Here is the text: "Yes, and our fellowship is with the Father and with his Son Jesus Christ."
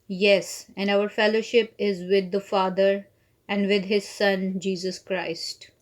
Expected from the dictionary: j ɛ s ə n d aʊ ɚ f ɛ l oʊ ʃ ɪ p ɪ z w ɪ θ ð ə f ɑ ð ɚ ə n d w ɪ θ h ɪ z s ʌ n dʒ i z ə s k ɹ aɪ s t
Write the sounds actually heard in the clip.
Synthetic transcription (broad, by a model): j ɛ s ə n d aʊ ɚ f ɛ l oʊ ʃ ɪ p ɪ z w ɪ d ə f ɑ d ɚ ə n d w ɪ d h ɪ z s ʌ n dʒ i z ə s k ɹ aɪ s t